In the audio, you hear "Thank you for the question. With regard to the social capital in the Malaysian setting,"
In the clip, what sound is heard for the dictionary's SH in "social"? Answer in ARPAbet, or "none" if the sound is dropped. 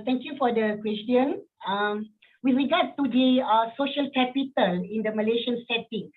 SH